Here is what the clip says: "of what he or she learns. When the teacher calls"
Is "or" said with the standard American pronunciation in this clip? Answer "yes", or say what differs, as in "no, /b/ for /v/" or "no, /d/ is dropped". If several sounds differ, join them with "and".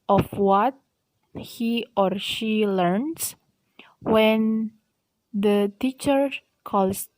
yes